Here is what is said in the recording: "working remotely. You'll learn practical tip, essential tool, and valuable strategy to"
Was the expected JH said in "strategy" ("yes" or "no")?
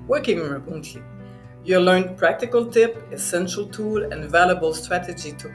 yes